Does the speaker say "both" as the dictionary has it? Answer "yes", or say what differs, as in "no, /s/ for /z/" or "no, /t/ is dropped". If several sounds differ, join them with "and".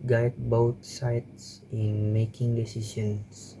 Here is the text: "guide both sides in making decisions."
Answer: no, /t/ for /θ/